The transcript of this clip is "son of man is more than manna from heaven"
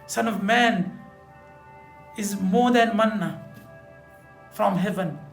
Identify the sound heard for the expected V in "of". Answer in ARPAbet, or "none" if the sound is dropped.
V